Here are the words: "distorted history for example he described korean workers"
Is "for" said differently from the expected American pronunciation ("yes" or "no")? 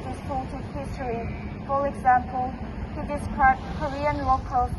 yes